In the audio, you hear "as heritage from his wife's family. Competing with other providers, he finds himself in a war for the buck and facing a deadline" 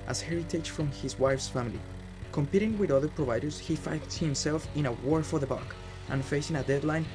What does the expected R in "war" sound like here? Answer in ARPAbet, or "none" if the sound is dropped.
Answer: R